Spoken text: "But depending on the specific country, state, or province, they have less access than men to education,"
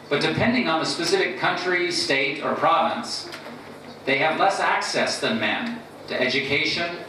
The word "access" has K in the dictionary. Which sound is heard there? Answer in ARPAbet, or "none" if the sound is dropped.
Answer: K